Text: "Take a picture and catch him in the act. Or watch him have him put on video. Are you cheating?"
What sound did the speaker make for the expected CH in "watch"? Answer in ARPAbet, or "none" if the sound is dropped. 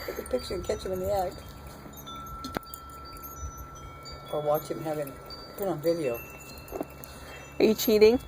CH